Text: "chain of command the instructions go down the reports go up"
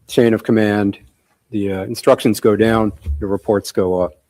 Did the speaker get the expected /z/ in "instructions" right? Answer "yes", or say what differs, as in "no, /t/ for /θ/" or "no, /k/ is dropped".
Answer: yes